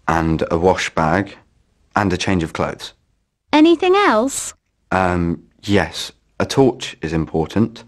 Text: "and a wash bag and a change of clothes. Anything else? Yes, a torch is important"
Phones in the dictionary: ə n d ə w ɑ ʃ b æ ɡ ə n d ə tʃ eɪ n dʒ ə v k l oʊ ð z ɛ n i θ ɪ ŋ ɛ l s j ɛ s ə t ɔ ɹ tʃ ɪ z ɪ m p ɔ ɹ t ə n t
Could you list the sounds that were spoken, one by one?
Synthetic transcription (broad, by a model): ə n d ə w ɑ ʃ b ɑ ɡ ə n ə tʃ eɪ n dʒ ə v k l oʊ ð z ɛ n i θ ɪ ŋ ɛ l s j ɛ s ə t ɔ tʃ ɪ z ɪ m p ɔ t n t